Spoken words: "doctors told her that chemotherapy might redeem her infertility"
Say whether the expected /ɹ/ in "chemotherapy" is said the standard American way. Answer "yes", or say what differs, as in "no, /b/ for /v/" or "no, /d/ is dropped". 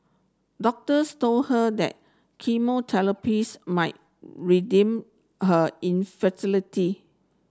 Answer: no, /l/ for /ɹ/